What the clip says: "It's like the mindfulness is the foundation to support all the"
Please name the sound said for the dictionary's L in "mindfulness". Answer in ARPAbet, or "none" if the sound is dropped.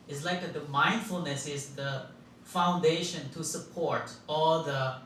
L